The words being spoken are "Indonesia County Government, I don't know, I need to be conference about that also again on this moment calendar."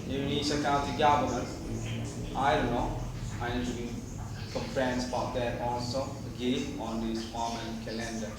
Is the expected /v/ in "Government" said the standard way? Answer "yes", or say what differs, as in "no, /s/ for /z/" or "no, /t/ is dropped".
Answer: no, /b/ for /v/